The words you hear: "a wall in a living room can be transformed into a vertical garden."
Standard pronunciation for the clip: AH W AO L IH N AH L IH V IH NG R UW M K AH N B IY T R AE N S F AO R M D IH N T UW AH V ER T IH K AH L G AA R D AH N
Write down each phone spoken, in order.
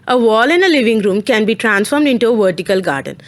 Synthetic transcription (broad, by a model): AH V AO L IH N AH L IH V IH NG R UW M K AH N B IY T R AE N S F AO R M D IH N T UW AH V ER T IH K AH L G AA R D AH N